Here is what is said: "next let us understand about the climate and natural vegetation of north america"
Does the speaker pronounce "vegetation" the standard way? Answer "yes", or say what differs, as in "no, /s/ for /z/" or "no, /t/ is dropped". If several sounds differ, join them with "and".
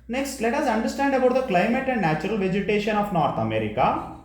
yes